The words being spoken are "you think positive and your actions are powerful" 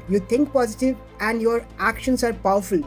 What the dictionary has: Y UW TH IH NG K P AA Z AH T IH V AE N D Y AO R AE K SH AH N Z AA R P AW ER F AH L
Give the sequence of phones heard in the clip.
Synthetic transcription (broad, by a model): Y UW T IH NG K P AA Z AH T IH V AE N D Y AO R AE K SH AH N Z AA R P AW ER F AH L